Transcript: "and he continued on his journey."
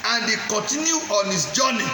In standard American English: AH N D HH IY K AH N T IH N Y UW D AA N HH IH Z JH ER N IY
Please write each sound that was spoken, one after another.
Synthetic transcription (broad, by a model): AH N D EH K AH N T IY N Y UW AA N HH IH S JH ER N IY